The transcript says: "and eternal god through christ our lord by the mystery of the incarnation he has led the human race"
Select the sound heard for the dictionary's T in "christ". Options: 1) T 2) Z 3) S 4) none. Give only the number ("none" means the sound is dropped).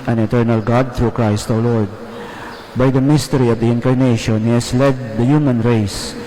1